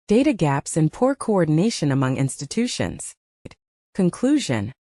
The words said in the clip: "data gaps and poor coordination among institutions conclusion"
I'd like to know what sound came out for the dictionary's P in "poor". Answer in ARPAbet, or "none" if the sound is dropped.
P